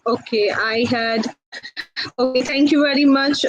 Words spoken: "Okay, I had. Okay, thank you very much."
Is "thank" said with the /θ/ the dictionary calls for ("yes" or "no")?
no